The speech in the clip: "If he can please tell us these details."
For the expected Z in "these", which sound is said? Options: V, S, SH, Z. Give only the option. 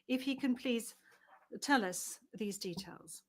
Z